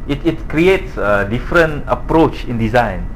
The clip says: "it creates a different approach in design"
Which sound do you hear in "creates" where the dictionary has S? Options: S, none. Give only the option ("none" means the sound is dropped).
S